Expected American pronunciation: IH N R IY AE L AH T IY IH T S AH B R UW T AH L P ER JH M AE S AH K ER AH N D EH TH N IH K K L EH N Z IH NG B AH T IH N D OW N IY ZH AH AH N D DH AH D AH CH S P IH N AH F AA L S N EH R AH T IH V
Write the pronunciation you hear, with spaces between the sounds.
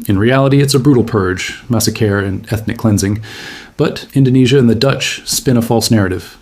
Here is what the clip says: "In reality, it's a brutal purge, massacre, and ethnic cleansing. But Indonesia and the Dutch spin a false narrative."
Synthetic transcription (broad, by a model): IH N R IY AE L AH T IY IH T S AH B R UW T L P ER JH M AE S AH K ER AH N EH TH N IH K K L EH N Z IH NG B AH T IH N D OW N IY ZH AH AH N DH AH D AH CH S P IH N AH F AA L S N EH R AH T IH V